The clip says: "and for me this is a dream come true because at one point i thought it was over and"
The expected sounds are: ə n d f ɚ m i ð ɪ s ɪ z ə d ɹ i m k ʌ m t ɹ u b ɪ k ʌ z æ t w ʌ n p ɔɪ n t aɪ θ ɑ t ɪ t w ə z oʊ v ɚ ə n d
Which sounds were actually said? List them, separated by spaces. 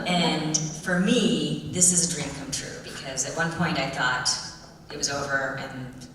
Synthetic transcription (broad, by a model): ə n f ɚ m i ð ɪ s ɪ z ə d ɹ i m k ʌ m t ɹ u b ɪ k ʌ z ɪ t w ʌ n p ɔɪ n t aɪ θ ɑ t ɪ t w ə z oʊ v ɚ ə n